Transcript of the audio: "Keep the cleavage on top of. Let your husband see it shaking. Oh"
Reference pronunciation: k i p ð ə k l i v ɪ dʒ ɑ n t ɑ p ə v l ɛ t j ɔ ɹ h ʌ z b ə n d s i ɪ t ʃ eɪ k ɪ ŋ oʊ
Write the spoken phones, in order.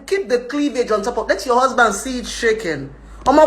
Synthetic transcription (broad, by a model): k i p ð ə k l i v ɪ dʒ ɑ n t ɑ p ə p l ɛ t j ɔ h ʌ z b ə n d s i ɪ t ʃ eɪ k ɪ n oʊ